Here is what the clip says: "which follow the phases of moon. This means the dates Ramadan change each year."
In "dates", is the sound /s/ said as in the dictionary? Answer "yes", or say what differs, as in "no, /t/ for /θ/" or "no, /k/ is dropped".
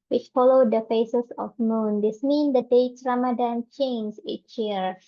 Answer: no, /s/ is dropped